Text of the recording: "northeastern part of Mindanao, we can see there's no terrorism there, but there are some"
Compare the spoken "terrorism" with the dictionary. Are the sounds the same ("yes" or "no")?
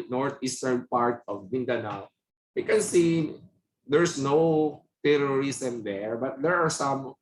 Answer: no